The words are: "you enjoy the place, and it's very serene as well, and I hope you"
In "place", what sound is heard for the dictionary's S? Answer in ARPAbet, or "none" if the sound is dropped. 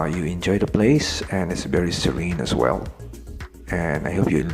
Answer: S